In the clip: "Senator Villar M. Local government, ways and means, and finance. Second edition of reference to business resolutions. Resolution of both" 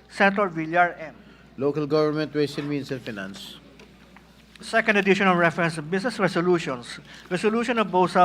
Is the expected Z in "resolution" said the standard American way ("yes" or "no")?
no